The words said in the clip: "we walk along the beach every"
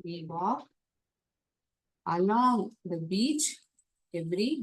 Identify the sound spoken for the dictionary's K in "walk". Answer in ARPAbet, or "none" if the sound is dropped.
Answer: none